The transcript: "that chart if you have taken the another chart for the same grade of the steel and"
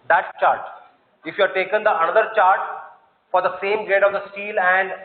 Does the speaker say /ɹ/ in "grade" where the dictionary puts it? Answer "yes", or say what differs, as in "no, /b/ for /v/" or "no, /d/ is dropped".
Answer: no, /ɹ/ is dropped